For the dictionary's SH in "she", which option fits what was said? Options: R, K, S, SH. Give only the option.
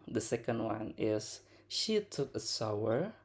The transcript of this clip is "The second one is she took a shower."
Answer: SH